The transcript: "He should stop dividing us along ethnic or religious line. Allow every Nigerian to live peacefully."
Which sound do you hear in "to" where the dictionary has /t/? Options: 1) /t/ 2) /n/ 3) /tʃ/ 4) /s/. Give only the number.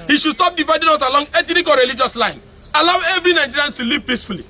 4